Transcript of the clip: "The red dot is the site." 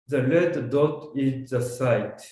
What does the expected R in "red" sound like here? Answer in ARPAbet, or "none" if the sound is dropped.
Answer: L